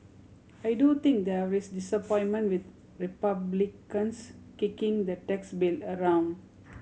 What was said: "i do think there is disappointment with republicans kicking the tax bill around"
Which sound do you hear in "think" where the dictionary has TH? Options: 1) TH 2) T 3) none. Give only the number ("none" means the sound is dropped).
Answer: 2